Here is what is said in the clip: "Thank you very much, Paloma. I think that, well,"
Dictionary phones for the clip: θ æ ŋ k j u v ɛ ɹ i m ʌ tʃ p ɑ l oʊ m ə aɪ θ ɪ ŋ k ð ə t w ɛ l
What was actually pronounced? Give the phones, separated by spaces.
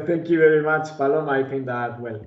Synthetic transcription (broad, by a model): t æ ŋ k j u v ɛ ɹ i m ʌ tʃ f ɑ l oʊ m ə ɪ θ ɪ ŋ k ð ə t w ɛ l